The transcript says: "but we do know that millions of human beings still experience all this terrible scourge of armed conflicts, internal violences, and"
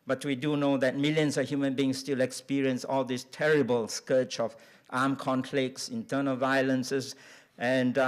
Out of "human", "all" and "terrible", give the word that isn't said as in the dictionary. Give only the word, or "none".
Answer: none